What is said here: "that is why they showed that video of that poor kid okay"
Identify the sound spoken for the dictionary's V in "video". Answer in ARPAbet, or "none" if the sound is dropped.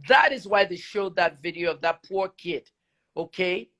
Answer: V